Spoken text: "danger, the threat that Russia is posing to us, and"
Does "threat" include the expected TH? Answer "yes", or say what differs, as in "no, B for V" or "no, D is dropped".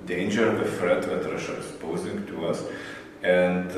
no, F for TH